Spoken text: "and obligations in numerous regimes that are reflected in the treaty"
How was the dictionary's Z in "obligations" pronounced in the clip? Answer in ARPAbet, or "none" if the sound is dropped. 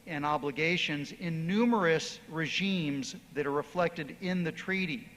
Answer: Z